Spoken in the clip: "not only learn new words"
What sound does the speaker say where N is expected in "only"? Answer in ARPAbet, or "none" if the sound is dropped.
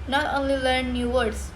N